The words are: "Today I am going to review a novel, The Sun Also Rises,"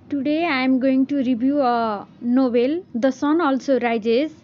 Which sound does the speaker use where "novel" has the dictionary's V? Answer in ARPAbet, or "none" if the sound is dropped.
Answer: B